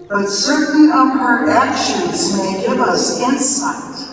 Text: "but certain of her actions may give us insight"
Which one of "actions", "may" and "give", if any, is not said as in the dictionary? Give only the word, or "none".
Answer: none